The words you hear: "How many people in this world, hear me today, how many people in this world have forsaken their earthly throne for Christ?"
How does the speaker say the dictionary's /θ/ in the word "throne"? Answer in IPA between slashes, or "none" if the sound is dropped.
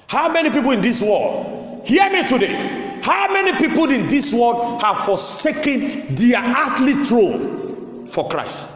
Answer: /t/